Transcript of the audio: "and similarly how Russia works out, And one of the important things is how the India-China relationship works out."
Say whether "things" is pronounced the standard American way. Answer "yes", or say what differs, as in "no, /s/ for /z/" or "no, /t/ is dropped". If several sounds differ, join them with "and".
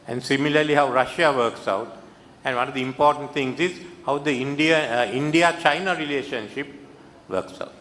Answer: no, /t/ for /θ/